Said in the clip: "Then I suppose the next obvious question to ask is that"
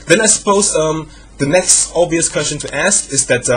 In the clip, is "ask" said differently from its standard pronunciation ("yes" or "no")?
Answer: no